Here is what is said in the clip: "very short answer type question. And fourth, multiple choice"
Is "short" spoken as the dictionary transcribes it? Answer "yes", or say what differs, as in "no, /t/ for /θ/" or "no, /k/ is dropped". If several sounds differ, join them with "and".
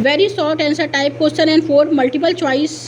no, /s/ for /ʃ/